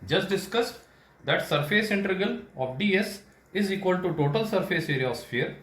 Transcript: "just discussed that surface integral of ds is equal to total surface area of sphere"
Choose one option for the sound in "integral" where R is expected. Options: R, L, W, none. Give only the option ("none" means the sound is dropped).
none